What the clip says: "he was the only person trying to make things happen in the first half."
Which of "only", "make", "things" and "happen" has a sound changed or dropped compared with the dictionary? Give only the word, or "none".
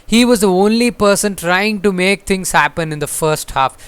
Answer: things